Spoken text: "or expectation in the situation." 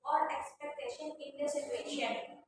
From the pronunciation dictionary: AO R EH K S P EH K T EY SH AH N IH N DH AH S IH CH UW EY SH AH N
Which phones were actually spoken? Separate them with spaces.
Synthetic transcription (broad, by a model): AO R EH K S P EH K T EY SH AH N IH N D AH S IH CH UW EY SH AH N